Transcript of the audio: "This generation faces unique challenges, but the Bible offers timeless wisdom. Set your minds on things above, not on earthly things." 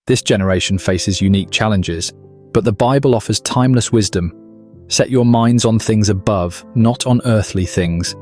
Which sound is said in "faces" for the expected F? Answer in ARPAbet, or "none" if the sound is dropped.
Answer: F